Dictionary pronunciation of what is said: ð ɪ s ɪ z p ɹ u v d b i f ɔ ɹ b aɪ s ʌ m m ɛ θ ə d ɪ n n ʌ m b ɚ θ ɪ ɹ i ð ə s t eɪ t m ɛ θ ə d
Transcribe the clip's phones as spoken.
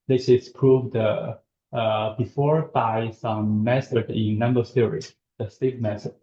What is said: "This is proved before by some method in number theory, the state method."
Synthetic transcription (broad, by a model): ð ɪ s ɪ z p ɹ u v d b i f ɔ ɹ b aɪ s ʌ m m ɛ s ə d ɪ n n ʌ m b ɚ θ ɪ ɹ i ð ə s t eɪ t m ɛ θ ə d